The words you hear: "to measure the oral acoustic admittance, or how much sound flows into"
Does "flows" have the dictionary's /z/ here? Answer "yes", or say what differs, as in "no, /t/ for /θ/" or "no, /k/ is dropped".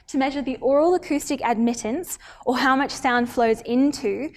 yes